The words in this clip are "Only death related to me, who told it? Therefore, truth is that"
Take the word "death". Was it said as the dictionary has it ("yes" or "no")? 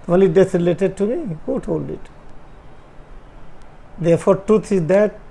no